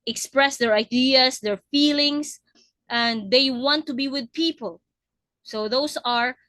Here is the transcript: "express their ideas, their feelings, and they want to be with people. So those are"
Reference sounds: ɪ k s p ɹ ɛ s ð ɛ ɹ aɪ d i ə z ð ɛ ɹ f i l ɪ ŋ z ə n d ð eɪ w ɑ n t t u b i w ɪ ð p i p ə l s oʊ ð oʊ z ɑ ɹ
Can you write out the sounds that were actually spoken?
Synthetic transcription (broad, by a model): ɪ k s p ɹ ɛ s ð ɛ ɹ aɪ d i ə s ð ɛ ɹ f i l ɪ ŋ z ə n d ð eɪ w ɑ n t t u b i w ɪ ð p i p ə l s oʊ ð oʊ s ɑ ɹ